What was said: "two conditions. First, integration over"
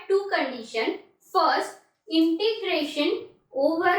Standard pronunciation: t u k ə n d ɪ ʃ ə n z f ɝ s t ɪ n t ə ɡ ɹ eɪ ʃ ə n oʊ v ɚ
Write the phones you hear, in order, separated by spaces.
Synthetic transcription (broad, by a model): t u k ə n d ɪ ʃ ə n f ɝ s t ɪ n t ə ɡ ɹ eɪ ʃ ə n oʊ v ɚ